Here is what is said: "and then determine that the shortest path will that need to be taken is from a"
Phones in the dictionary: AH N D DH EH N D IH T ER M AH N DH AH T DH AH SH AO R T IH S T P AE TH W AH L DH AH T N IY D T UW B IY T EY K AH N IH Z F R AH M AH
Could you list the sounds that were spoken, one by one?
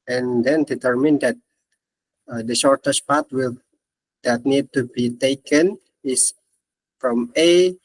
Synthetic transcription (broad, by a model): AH N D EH N D IH T ER M AH N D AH T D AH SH AO R T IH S P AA T W AH L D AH T N IY D T UW B IY T EY K AH N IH S F R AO M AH